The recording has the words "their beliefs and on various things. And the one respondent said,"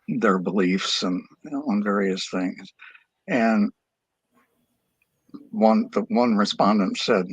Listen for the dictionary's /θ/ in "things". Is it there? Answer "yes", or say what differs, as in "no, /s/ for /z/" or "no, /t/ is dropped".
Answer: yes